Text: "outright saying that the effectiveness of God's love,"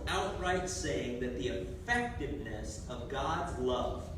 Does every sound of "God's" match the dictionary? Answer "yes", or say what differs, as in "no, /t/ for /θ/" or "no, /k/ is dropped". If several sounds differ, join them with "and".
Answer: yes